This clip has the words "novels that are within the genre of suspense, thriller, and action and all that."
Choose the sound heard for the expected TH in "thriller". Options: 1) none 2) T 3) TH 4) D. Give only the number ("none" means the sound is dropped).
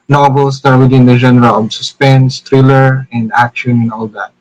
2